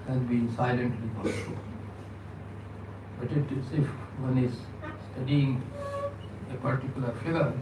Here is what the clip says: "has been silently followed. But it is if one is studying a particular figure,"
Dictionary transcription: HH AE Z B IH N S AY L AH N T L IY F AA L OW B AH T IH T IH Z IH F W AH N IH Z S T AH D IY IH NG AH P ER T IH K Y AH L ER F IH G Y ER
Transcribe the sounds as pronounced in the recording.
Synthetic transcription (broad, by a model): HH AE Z B IH N S AY L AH N T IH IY P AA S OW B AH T IH T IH S IH F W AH N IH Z S T AH D IY IH NG AH P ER T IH K Y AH L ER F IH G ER